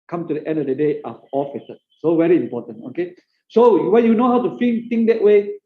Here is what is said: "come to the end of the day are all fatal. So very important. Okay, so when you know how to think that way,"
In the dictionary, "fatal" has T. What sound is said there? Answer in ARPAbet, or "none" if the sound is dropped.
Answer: S